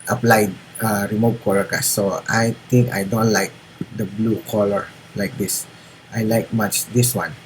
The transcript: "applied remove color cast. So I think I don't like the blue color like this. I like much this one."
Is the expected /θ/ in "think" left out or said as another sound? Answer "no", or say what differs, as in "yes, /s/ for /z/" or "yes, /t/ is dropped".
yes, /t/ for /θ/